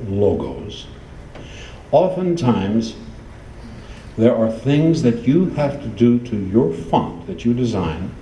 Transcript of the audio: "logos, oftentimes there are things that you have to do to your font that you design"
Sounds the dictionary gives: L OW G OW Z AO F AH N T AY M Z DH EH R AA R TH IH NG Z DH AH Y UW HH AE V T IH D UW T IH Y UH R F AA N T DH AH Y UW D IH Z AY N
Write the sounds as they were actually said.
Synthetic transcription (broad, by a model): L OW G OW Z AO F AH N T AY M Z DH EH R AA R TH IH NG Z DH AH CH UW HH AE F T IH D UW T IH Y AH R F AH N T DH AH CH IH D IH Z AY N